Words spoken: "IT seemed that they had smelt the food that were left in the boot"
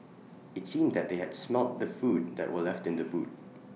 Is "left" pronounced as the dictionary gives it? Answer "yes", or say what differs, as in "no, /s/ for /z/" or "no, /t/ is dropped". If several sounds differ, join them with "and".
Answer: yes